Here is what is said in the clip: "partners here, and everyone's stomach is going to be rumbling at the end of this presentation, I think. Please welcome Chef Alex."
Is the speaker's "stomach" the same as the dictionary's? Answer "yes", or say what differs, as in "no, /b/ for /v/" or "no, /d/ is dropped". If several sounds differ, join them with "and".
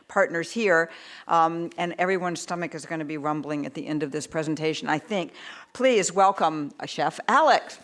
yes